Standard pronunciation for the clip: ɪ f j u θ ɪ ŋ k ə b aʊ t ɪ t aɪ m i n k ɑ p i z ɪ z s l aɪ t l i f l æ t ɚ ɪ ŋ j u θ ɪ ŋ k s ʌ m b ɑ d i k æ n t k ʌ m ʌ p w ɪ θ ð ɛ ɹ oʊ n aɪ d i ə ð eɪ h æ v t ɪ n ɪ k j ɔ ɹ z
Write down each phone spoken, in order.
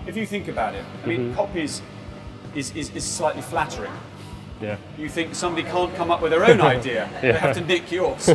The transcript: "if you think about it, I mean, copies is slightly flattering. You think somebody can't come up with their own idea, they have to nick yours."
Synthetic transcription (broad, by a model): ɪ f j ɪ θ ɪ ŋ k ə b aʊ t ɪ t aɪ m i n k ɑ p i z ɪ z s l aɪ t l i f l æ t ɚ ɪ ŋ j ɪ θ ɪ ŋ k s ʌ m b ɑ d i k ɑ n k ʌ m ʌ p w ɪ ð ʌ ɹ oʊ n aɪ d i ə ð eɪ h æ f t ɪ n ɪ k j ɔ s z